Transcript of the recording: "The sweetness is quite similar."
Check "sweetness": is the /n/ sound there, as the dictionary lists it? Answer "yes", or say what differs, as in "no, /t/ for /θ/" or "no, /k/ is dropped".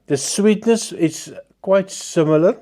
yes